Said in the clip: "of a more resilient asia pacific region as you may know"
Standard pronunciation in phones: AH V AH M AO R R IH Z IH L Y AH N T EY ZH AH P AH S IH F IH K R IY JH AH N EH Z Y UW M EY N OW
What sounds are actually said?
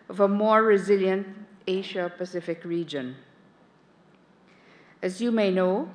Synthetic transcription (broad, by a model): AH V AH M AO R R IH Z IH L Y AH N T EY SH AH P AH S IH F IH K R IY JH AH N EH Z Y UW M EY N OW